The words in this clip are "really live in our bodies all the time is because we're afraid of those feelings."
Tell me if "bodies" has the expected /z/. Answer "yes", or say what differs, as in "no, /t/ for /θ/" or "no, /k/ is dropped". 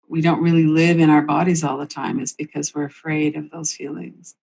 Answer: yes